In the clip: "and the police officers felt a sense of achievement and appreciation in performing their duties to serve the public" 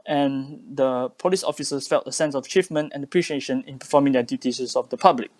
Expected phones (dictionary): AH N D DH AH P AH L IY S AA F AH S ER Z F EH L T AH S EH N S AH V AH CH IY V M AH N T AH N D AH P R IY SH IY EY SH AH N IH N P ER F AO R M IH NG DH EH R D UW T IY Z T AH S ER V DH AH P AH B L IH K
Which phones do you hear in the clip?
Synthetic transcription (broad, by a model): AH N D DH AH P AH L IY S AA F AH S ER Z F EH L T AH S EH N S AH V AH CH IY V M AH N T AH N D AH P R IY SH IY EY SH AH N IH N P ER F AO M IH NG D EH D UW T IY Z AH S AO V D AH P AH B L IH K